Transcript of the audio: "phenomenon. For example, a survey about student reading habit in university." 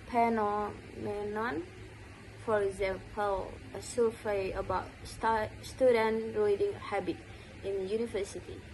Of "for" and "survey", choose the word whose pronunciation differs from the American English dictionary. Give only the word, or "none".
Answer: survey